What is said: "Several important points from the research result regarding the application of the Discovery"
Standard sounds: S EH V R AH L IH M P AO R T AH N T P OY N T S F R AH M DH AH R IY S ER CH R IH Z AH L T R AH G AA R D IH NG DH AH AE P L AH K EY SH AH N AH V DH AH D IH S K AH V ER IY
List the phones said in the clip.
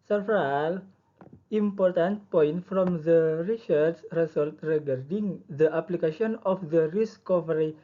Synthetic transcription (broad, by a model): S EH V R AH L IH M P AO R T AH N T P OY N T F R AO M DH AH R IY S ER S R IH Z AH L T R AH G AA R D IH NG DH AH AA P L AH K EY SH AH N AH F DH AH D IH S K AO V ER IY